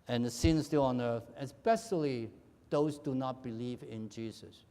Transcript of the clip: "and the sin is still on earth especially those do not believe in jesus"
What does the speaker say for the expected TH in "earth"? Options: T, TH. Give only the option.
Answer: TH